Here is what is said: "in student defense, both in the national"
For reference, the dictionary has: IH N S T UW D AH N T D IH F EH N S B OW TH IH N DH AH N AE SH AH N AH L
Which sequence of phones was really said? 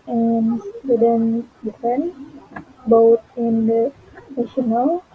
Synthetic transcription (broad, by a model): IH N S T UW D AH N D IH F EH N B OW T IH N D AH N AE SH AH N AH L